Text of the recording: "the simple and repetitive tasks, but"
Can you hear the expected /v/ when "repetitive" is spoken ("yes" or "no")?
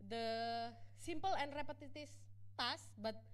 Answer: no